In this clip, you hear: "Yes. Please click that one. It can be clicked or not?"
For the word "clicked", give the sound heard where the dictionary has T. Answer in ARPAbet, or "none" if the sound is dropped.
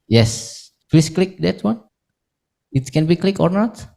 none